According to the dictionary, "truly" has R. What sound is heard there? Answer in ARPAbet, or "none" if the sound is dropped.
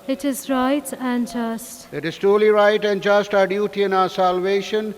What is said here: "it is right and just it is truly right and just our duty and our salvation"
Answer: none